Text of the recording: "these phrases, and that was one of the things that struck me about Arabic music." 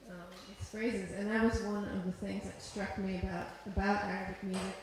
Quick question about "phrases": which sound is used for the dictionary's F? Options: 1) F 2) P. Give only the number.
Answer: 1